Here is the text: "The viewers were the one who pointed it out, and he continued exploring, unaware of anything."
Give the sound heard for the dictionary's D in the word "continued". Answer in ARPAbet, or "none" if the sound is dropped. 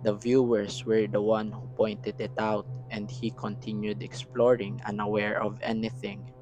D